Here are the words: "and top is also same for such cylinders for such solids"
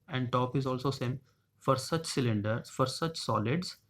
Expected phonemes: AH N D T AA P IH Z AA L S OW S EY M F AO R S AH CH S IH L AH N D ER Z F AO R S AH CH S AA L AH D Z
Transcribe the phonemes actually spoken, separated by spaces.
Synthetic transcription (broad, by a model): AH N D T AA P IH Z AA L S OW S EY M F AO R S AH CH S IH L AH N D ER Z F AO R S AH CH S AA L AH D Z